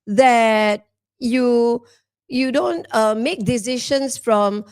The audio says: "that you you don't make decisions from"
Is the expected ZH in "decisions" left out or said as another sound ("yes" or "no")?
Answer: yes